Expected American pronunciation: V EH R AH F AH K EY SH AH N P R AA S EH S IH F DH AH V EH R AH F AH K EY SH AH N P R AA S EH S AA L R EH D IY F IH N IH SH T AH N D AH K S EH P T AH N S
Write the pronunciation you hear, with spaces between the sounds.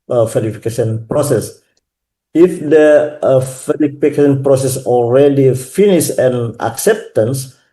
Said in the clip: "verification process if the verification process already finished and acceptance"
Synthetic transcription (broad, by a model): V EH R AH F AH K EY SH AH N P R AA S EH S IH F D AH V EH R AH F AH K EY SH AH N P R AA S EH S AA L R EH D IY F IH N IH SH AH N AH K S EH P T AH N S